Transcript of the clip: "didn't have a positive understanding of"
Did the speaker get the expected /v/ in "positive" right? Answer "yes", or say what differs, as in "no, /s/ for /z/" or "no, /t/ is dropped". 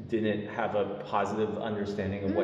yes